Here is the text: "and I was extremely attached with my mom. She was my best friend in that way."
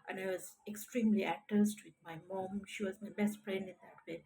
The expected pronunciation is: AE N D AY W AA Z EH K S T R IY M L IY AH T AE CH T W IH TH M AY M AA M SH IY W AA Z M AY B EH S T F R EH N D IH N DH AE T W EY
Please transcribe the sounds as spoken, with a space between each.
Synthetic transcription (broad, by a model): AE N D AY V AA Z EH K S T R IY M L IY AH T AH S T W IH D M AY M AA M SH IY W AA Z M AY B EH S T F R EH N D IH N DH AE T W EY